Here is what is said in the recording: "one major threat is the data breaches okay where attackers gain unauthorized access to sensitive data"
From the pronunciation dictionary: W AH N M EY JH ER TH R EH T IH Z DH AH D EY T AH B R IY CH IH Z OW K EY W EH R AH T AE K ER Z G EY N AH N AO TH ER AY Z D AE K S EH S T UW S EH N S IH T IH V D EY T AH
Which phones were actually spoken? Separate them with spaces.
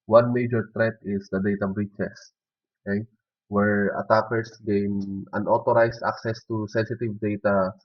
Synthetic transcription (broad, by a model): W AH N M EY JH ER T R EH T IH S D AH D EY T AH B R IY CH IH S OW K EY W EH R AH T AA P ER S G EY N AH N AO T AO AY S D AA K S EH S T UW S EH N S IH T IH V D EY T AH